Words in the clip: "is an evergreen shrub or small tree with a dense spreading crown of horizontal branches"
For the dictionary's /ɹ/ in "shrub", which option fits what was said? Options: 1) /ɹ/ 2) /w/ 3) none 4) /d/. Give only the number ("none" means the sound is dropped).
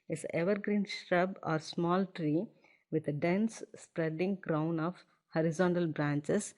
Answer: 1